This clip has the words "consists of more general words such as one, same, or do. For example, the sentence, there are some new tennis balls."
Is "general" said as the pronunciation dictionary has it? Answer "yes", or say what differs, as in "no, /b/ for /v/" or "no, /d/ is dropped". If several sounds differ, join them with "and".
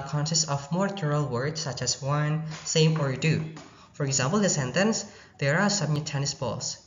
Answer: no, /n/ is dropped